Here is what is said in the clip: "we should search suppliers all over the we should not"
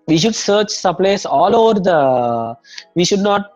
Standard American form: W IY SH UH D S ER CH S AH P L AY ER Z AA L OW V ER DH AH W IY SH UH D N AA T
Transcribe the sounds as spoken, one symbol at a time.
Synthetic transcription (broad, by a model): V IY SH UH D S ER CH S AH P L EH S AA L OW V ER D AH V IY SH UH D N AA T